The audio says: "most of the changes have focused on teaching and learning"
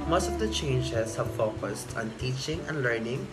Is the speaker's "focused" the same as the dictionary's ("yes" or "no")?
yes